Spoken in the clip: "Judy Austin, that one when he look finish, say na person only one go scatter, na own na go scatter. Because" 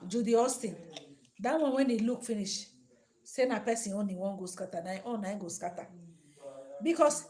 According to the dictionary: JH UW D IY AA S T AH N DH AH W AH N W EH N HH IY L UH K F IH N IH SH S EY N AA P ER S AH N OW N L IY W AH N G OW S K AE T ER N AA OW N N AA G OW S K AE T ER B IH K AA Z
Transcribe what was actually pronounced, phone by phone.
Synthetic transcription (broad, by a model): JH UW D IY AA S T AH N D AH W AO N W EH N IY L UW K F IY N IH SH S EY N AA P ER S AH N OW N IY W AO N G OW S K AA T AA N AA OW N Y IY G OW S K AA T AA B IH K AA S